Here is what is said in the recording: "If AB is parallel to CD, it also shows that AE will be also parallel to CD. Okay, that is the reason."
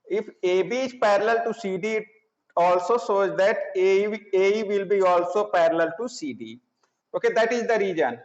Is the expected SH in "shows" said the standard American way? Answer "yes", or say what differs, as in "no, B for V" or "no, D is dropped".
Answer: no, S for SH